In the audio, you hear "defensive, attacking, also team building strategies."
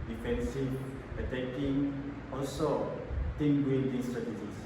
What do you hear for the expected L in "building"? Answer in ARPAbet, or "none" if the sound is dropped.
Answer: N